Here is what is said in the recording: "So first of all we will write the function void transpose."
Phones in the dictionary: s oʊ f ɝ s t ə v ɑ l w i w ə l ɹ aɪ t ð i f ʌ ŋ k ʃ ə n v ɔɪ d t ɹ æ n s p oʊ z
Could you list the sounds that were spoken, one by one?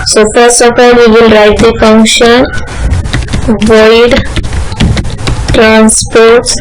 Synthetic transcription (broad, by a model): s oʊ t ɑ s ə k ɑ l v i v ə l ɹ aɪ t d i f ʌ ŋ k ʃ ə n v ɔɪ d t ɹ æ n s p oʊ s